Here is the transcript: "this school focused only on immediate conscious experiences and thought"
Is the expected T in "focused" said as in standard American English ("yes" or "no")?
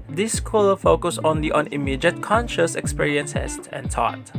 no